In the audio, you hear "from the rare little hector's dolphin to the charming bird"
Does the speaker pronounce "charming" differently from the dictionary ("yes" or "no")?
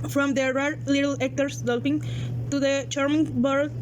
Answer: no